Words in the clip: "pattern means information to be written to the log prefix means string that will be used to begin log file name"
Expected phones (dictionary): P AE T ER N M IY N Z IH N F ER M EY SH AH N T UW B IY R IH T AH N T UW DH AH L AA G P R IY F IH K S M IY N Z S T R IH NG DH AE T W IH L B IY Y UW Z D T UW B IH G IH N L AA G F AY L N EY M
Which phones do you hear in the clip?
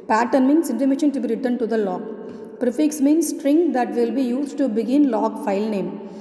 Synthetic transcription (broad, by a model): P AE T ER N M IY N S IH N ER M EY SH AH N T UW B IY R IH T AH N T UW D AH L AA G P R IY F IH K S M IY N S S T R IH NG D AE T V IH L B IY Y UW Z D T UW B IH G IH N L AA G F AY L N EY M